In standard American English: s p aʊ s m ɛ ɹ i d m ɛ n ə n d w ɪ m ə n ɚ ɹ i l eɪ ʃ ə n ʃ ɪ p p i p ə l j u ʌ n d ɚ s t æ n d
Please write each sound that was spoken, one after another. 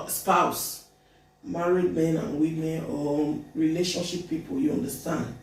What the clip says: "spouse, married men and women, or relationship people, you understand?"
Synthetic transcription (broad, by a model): s p aʊ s m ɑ ɹ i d m ɛ n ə n w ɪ m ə n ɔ ɹ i l eɪ ʃ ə n ʃ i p p i p ə l j u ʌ n d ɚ s t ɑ n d